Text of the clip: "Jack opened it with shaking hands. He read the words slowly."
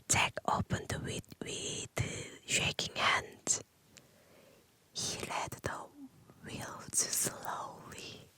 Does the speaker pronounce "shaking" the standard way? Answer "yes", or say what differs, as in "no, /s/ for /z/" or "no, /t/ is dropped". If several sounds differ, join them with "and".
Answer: yes